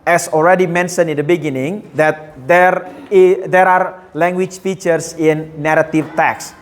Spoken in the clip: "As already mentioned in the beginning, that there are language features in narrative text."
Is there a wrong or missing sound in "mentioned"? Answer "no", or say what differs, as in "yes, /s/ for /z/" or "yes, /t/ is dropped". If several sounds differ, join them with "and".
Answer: yes, /d/ is dropped